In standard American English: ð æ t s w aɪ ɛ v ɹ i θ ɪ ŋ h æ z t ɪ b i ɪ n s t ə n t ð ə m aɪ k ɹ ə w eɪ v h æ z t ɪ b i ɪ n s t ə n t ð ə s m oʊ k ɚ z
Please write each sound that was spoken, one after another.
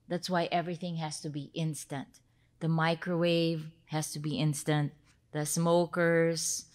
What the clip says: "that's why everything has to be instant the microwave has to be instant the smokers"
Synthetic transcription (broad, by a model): ð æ t s w aɪ ɛ v ɹ i θ ɪ ŋ h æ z t ɪ b i ɪ n s t ə n t ð ə m aɪ k ɹ ə w eɪ v h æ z t ɪ b i ɪ n s t ə n t ð ə s m oʊ k ɚ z